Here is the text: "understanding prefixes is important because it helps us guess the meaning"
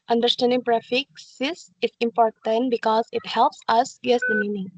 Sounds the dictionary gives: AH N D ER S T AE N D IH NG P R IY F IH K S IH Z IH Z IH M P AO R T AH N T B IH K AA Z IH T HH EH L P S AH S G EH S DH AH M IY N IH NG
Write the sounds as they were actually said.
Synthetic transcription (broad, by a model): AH N D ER S T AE N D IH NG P R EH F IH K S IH S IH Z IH M P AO R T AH N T B IH K AA Z IH T HH EH L P S AH S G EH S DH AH M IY N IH NG